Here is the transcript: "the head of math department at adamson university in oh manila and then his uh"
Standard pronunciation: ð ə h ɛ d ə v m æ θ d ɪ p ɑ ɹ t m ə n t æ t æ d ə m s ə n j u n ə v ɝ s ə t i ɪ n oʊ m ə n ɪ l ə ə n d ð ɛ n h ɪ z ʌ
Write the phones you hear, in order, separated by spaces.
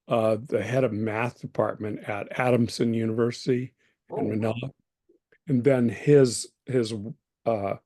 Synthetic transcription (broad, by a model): ð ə h ɛ d ə v m æ θ d ɪ p ɑ ɹ t m ə n t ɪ t æ d ə m s ə n j u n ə v ɝ s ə t i ɪ n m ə n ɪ l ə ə n ð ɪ n h ɪ z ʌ